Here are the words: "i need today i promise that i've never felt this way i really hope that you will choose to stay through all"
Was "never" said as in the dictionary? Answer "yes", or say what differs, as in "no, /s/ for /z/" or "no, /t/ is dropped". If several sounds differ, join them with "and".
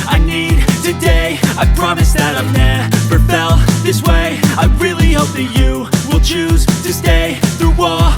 no, /p/ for /v/